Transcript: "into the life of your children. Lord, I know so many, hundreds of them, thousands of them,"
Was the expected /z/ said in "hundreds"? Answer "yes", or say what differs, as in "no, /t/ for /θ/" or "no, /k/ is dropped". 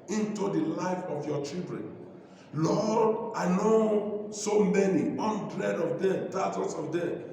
no, /z/ is dropped